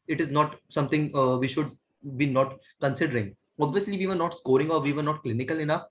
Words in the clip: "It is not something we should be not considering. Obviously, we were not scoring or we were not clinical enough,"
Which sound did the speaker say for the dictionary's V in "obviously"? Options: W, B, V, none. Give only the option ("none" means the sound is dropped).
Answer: V